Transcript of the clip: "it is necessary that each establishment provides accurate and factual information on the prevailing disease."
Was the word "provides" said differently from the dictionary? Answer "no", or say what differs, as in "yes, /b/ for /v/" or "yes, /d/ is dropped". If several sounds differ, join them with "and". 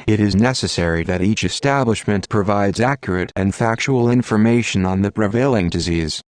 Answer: no